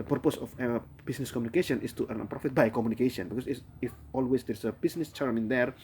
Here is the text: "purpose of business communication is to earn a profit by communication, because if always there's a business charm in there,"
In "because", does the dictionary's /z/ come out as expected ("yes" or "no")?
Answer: no